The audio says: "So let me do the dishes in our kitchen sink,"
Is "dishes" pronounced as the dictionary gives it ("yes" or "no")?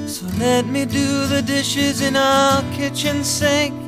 yes